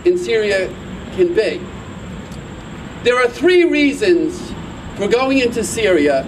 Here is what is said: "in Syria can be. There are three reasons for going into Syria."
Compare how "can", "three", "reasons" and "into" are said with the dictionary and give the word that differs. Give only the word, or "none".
none